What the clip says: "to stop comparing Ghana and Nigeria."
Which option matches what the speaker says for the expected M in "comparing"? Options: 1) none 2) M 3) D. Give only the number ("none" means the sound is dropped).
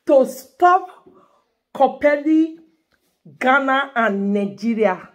1